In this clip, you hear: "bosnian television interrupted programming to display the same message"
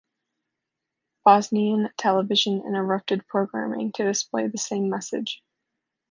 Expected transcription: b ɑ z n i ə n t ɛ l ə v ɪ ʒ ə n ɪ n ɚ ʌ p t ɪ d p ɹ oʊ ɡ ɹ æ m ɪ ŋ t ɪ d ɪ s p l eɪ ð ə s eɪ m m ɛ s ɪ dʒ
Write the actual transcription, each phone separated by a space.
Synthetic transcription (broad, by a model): b ɑ z n i ə n t ɛ l ə v ɪ ʒ ə n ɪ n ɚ ʌ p t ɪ d p ɹ oʊ ɡ ɹ æ m ɪ ŋ t ɪ d ɪ s p l eɪ ð ə s eɪ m m ɛ s ɪ dʒ